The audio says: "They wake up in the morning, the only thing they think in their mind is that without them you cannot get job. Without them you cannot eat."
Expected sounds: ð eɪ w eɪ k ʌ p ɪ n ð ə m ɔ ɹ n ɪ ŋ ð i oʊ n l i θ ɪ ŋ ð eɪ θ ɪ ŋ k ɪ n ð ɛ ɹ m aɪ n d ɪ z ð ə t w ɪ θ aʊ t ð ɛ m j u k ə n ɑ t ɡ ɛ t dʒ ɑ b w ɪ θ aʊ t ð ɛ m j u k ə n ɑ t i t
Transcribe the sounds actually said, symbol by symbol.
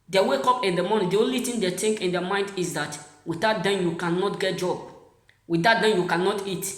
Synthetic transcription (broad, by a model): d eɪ w eɪ k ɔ p ɪ n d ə m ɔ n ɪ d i oʊ n l i t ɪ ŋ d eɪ t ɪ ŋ k ɪ n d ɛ m aɪ n d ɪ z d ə t w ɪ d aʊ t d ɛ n j u k ə n ɑ t ɡ ɛ t dʒ ɑ b w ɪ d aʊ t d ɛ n j u k ə n ɑ t i t